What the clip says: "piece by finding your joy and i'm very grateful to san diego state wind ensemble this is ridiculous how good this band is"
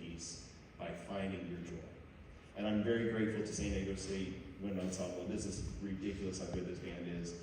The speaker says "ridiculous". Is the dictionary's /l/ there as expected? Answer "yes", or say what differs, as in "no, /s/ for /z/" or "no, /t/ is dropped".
yes